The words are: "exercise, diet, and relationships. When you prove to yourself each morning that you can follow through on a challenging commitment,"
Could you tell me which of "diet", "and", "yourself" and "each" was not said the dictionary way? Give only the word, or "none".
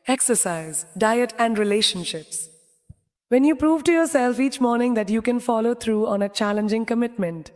none